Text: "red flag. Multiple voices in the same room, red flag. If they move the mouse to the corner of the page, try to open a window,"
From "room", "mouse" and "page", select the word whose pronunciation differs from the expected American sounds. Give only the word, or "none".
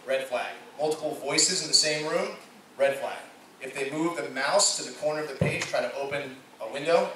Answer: none